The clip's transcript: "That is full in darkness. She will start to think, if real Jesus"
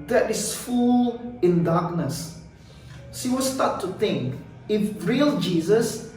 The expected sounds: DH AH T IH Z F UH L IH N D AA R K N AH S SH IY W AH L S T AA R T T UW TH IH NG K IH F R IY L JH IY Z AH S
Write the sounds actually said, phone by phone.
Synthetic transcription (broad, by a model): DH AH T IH S F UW L IH N D AA K N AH S S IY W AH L S T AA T T UW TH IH NG K IH F R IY L JH IY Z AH S